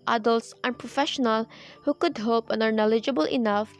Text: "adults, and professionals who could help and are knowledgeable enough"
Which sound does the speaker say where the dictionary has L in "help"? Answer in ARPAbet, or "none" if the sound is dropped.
none